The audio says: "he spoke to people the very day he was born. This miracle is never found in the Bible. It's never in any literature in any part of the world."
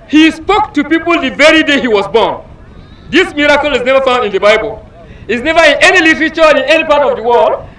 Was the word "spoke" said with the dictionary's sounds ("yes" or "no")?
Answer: yes